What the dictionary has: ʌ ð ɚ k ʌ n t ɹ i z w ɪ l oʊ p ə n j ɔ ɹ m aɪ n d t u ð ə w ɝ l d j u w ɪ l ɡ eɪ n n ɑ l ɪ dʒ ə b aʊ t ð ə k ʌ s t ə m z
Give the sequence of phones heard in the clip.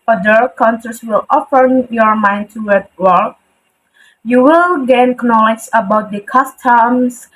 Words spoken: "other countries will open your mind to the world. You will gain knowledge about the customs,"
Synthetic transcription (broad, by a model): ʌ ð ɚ k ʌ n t i s w ɪ l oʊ f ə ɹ j ɔ ɹ m aɪ n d t u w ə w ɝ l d j u w ɪ l ɡ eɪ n n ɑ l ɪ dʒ ə b aʊ t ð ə k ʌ s t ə m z